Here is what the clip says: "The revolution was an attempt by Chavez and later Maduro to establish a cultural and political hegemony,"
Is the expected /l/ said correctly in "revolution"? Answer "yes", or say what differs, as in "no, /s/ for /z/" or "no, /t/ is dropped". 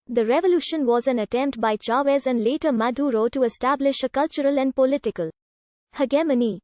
yes